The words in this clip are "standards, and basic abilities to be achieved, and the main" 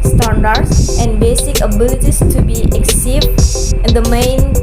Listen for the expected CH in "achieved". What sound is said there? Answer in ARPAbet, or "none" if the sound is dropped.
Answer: S